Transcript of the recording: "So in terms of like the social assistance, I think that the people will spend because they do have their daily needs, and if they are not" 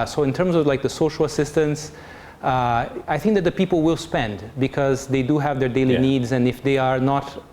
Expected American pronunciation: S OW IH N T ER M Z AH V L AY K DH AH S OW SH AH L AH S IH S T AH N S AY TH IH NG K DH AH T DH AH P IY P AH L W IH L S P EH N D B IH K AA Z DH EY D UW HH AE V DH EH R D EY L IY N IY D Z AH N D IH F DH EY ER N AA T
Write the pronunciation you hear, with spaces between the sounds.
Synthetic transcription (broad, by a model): S OW IH N T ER M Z AH V L AY K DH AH S OW SH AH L AH S IH S T AH N S AY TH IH NG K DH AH T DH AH P IY P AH L W IH L S P EH N D B IH K AA Z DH EY D UW HH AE V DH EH R D EY L IY N IY D Z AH N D IH F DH EY ER N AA T